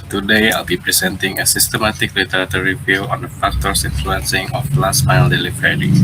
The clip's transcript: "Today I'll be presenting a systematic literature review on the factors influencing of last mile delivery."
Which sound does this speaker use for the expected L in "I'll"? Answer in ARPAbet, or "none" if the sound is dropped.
L